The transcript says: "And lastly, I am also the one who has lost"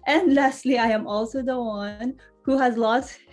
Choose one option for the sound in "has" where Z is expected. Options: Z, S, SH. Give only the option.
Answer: Z